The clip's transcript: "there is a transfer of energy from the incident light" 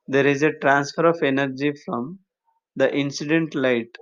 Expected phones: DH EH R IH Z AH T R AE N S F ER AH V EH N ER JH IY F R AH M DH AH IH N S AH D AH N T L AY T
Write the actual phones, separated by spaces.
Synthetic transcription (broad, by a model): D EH R IH Z AH T R AE N S F ER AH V EH N ER JH IY F R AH M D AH IH N S AH D AH N T L AY T